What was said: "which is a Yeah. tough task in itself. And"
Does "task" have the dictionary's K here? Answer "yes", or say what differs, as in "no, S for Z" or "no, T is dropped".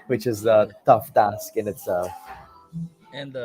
yes